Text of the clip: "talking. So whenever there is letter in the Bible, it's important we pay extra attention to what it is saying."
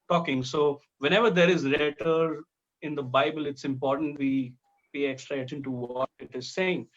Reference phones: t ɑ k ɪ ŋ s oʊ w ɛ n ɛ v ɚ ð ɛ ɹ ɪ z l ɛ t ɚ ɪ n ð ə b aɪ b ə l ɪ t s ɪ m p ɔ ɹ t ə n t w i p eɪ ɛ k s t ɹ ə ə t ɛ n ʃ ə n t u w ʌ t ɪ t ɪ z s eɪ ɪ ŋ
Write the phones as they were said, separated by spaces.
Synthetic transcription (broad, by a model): t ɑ k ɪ ŋ s oʊ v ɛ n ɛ v ɚ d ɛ ɹ ɪ z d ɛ t ɚ ɪ n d ə b aɪ b ə l ɪ t s ɪ m p ɔ ɹ t ə n t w i b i ɛ k s t ɹ ə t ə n t u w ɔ t ɪ t ɪ z s eɪ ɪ ŋ